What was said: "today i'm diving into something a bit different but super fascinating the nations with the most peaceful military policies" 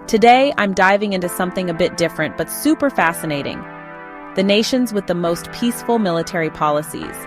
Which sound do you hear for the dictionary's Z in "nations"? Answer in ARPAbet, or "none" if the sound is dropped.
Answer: Z